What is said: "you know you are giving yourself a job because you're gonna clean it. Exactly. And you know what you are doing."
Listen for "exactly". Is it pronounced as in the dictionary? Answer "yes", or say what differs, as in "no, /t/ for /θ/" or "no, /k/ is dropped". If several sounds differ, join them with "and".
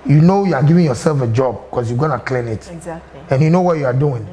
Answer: no, /l/ is dropped